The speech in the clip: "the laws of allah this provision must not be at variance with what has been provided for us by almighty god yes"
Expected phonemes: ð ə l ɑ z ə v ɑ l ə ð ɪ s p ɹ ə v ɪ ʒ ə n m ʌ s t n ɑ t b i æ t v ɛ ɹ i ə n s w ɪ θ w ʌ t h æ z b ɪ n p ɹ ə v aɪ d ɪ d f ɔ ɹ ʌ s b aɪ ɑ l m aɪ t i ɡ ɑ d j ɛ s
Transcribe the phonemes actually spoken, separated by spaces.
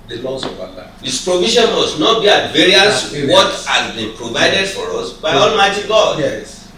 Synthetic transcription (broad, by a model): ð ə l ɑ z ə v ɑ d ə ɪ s p ɹ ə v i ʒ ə n m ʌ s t n ɑ t b i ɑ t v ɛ ɹ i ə s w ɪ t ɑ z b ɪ p ɹ ə v aɪ d ɪ d f ɔ ɹ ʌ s b aɪ ɑ l m aɪ t i ɡ ɑ d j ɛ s